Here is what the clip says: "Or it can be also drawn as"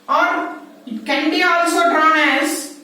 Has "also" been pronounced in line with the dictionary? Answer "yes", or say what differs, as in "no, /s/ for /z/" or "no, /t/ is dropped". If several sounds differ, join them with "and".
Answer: yes